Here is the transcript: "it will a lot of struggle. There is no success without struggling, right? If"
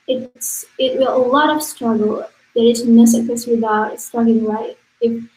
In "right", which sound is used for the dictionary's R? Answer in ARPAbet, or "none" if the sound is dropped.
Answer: L